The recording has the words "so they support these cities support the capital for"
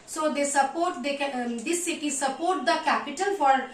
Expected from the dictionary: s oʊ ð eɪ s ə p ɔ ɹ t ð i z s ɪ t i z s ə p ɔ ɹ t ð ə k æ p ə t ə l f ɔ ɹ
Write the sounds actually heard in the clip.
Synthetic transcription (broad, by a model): s oʊ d eɪ s ə p ɔ ɹ t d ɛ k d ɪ s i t s ə p ɔ ɹ t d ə k æ p ə t ə l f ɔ ɹ